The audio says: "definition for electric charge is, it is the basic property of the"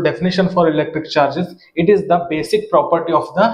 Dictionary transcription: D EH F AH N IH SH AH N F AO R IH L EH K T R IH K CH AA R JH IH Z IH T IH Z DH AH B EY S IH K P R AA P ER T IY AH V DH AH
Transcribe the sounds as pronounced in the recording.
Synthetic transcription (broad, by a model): D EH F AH N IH SH AH N F AO R IH L EH K T R IH K CH AA R JH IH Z IH T IH Z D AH B EY S IH K P R AA P ER T IY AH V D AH